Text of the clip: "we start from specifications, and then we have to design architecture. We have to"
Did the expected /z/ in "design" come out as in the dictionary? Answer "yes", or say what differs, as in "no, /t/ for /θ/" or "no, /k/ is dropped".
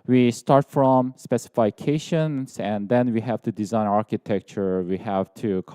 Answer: yes